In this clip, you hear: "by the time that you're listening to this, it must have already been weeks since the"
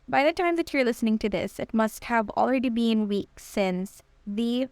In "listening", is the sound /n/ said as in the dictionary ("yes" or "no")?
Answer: yes